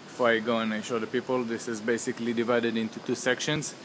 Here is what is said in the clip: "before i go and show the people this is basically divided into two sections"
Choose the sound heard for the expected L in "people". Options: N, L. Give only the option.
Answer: L